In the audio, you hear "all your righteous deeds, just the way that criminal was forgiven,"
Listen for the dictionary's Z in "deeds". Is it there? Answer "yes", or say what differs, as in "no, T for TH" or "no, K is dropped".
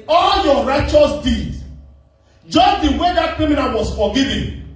no, Z is dropped